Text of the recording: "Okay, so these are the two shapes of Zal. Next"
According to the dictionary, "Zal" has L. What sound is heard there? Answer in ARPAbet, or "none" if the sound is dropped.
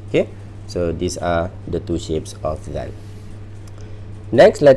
N